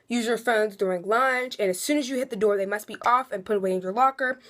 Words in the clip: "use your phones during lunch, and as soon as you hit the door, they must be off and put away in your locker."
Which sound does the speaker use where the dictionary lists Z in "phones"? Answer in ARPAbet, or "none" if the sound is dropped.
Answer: Z